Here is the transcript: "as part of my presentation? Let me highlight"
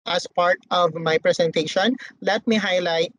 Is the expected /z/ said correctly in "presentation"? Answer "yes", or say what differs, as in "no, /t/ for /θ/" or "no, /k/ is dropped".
no, /s/ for /z/